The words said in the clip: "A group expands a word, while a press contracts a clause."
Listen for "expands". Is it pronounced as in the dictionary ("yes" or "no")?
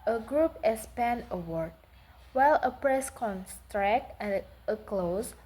no